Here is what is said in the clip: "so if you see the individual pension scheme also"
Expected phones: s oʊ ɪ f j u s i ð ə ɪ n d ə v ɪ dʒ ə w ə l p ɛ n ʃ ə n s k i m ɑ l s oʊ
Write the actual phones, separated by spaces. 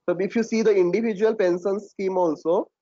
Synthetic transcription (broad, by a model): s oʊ ɪ f j u s i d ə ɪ n d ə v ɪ dʒ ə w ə l p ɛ n s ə n s k i m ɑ l s oʊ